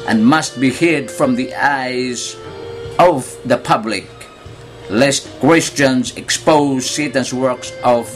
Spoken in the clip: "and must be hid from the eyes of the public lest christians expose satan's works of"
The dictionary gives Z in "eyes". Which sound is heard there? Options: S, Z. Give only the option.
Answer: Z